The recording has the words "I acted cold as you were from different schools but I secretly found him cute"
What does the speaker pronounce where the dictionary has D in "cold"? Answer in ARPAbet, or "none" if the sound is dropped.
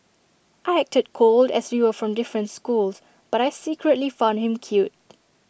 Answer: D